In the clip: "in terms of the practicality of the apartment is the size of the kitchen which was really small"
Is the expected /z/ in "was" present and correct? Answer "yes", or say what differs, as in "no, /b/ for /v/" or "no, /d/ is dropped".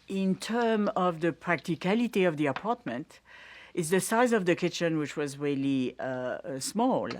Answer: yes